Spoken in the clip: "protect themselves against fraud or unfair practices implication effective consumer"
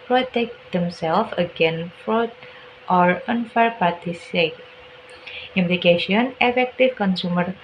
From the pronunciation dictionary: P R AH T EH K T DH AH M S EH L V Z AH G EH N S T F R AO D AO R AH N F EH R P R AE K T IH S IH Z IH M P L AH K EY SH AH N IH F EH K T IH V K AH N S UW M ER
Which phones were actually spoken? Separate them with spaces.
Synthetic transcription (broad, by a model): P R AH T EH K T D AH M S EH L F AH G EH N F R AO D AO R AH N F EH R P AA T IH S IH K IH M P L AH K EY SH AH N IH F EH K T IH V K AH N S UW M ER